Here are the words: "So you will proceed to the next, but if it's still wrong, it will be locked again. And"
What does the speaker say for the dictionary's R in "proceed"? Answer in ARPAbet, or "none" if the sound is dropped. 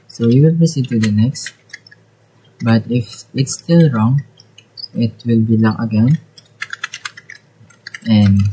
none